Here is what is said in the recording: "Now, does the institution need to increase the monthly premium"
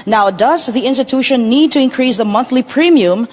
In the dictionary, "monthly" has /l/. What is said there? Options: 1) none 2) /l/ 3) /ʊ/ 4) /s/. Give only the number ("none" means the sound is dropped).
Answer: 2